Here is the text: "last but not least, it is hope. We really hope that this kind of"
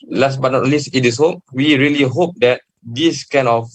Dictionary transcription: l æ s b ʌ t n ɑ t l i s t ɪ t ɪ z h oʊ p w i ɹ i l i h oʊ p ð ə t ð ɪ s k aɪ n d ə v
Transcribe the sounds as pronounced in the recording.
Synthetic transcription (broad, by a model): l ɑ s b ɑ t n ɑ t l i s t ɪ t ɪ s h oʊ p w i ɹ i l i h oʊ p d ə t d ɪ s k aɪ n ə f